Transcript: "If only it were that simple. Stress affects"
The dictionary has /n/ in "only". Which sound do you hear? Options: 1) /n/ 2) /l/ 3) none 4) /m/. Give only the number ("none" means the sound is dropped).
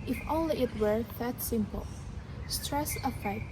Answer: 3